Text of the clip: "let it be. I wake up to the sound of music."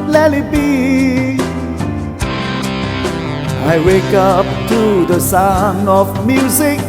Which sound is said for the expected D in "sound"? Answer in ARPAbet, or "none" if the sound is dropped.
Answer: none